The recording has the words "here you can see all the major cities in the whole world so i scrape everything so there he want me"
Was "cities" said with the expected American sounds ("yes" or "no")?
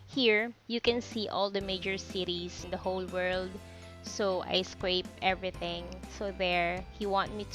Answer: no